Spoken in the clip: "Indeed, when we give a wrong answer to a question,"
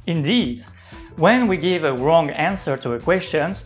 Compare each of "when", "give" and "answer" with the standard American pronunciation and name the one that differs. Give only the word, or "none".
none